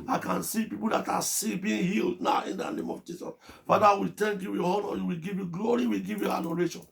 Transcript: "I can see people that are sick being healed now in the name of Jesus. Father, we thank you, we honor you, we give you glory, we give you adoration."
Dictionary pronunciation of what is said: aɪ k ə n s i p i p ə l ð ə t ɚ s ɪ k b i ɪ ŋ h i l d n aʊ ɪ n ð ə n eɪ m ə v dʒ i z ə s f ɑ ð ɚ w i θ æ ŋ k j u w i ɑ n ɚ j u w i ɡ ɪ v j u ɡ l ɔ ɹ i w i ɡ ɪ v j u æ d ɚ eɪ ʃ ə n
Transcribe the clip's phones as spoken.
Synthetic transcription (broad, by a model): aɪ k ə n s i p i p ə l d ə t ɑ s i b i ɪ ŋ h i l d n aʊ ɪ n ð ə n eɪ m ə v dʒ i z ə s f ɑ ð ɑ w i t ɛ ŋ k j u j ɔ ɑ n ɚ j u w i ɡ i v j u ɡ l ɔ ɹ i w i ɡ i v j u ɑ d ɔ eɪ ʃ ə n